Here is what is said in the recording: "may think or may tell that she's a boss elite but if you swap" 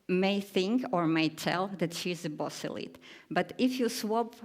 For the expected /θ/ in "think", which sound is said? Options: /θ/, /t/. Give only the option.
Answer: /θ/